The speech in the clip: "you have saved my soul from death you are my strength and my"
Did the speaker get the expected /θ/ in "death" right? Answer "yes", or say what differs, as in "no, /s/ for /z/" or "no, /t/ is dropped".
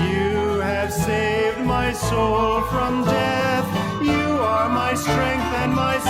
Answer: yes